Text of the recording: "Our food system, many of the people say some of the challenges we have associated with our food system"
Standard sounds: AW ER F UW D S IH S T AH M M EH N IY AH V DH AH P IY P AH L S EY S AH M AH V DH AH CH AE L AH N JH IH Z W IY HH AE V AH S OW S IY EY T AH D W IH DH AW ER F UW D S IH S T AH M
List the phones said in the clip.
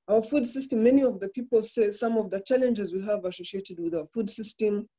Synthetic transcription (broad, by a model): AW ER F UW D S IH S T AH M M EH N IY AH V DH AH P IY P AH L S EY S AH M AH V DH AH CH AE L AH N JH IH Z W IY HH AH V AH S OW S IY EY T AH D W IH DH AW ER F UW D S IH S T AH M